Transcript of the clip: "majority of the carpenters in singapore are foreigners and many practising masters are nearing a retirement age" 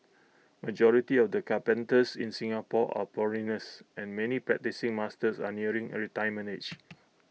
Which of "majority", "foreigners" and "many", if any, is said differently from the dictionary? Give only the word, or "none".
foreigners